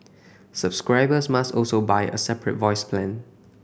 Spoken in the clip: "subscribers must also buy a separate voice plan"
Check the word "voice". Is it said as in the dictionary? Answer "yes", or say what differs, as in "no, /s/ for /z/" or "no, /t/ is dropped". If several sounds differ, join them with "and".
yes